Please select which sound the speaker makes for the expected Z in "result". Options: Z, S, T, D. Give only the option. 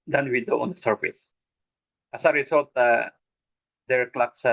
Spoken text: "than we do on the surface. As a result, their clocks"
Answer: S